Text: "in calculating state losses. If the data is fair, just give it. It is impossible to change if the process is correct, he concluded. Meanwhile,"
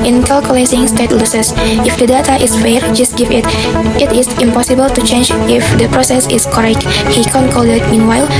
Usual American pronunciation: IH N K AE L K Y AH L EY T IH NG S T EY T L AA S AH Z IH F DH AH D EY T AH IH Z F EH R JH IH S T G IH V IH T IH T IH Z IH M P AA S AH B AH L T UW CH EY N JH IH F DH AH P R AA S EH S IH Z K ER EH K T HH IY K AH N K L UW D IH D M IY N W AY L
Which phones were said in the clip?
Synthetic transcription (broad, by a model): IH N K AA L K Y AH L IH S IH NG S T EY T L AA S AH S IH F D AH D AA T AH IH S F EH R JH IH S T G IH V IH T IH T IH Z IH M P AA S AH B AH L T UW CH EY N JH IH F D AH P R AA S EH S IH S K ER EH K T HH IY K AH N K AO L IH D M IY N W AY L